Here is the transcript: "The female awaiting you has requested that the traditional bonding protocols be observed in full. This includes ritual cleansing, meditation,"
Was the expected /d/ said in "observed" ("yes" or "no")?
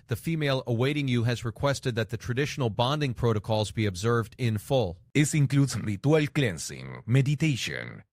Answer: yes